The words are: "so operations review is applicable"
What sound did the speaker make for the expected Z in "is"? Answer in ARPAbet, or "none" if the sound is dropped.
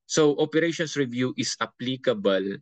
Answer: S